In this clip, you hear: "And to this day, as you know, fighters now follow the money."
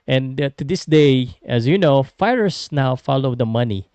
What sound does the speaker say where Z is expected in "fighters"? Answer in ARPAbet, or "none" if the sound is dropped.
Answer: S